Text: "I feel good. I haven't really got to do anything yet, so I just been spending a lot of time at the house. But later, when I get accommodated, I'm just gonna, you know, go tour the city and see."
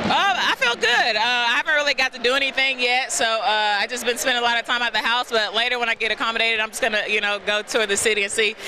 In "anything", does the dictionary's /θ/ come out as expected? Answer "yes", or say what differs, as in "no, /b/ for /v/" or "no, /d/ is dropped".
yes